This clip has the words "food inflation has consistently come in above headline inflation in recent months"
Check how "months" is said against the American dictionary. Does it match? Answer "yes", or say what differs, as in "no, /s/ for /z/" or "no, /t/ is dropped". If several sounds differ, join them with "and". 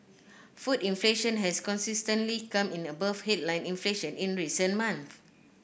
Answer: no, /s/ is dropped